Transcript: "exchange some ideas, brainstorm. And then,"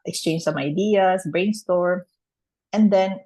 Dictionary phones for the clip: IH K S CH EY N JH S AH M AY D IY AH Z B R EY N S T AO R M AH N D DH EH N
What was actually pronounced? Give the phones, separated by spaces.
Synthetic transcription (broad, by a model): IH K S CH EY N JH S AH M AY D IY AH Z B R EY N S T AO R AH N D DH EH N